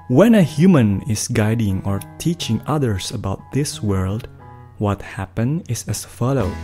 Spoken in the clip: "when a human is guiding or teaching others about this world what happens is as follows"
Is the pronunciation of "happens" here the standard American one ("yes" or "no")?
no